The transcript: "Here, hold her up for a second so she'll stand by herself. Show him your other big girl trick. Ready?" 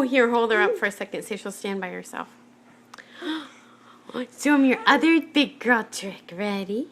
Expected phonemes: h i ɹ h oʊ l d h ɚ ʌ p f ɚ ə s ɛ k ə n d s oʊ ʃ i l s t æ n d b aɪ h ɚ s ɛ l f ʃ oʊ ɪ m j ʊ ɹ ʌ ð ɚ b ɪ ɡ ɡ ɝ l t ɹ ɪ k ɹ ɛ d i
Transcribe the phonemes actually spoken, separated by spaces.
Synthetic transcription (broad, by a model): h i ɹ h oʊ l d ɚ ʌ p f ɚ ə s ɛ k ə n d s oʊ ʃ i l s t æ n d b aɪ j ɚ s ɛ l f s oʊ ɪ m j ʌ ɹ ʌ ð ɚ b ɪ ɡ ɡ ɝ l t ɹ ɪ k ɹ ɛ d i